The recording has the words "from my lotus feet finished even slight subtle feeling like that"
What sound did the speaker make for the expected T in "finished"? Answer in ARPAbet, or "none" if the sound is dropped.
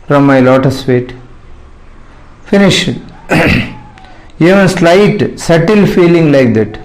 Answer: none